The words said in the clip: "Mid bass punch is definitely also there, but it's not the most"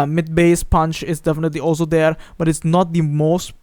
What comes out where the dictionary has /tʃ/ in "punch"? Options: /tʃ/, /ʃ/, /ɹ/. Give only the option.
/tʃ/